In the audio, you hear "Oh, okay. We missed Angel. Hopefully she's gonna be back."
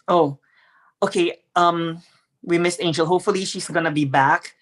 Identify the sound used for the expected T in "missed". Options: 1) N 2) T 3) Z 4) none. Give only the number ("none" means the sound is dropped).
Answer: 4